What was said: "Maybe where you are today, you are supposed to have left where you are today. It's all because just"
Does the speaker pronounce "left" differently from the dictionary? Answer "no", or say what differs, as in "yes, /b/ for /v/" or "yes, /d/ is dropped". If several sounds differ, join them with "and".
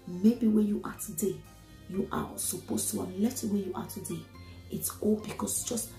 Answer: yes, /f/ is dropped